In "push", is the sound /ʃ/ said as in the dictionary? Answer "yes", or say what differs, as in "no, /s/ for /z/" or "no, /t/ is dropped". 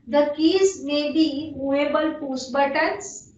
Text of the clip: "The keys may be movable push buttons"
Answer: no, /s/ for /ʃ/